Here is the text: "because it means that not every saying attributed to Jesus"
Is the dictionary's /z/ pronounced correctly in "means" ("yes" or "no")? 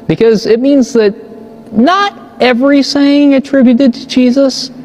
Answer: yes